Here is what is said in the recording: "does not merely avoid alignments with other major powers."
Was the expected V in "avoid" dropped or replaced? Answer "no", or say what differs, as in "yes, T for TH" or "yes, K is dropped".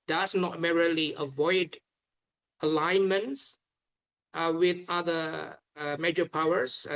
no